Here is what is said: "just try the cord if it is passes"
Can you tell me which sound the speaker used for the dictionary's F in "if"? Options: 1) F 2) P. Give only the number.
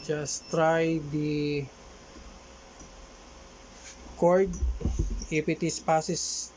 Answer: 2